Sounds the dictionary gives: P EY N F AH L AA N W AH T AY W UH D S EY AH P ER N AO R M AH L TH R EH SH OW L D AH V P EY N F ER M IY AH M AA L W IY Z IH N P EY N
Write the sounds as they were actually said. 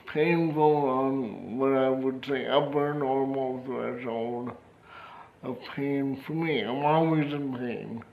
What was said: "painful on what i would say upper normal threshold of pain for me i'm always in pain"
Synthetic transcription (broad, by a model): P EY N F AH L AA N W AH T AY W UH D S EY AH B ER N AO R M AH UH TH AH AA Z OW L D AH P EY N F ER M IY AH M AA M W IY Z IH N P EY N